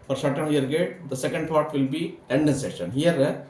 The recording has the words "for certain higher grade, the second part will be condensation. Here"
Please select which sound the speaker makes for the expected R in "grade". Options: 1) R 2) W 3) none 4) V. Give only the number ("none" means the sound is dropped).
3